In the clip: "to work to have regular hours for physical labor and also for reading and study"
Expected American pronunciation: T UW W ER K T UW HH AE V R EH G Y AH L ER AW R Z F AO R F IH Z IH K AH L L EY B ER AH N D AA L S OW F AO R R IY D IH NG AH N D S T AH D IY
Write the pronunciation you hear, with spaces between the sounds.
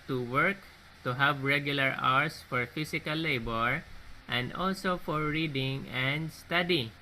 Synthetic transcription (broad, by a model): T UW W ER K T UW HH AE V R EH G Y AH L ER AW R S F AO R F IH S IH K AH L L EY B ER AH N D AA L S OW F AO R R IY D IH NG AH N D S T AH D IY